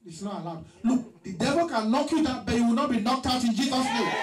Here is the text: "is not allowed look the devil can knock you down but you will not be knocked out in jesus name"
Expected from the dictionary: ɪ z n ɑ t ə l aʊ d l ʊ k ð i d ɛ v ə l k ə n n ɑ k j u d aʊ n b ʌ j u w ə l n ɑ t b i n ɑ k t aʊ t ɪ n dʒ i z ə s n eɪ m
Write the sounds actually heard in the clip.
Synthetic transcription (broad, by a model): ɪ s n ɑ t ə l aʊ d l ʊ k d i d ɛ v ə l k ə n l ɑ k j u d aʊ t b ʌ j u w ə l n ɑ t b i n ɑ k t aʊ t ɪ n dʒ i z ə s n eɪ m